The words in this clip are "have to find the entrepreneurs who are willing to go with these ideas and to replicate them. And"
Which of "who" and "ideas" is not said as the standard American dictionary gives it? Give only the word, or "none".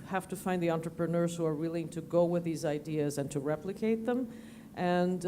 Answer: none